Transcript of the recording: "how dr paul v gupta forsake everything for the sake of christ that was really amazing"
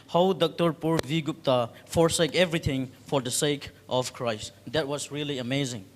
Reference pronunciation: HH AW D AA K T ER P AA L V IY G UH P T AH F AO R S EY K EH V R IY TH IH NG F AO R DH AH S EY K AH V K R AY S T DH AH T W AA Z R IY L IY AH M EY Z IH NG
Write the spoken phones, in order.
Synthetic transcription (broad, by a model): HH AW D AA K T ER P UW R V IY G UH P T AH F AO R S EY K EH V R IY T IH NG F AO R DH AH S EY K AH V K R AY S T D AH T W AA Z R IY L IY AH M EY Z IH NG